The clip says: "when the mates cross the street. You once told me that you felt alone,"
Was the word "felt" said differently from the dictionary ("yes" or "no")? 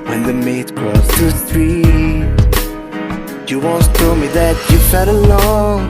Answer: yes